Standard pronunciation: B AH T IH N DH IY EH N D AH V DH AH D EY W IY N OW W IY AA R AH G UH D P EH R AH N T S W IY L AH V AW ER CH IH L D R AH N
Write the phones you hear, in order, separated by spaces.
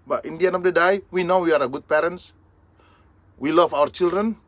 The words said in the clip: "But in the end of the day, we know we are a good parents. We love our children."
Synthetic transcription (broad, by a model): B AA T IH N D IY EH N AH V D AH D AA W IY N OW W IY AA R AH G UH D P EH R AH N S W IY L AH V AW ER CH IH L D R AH N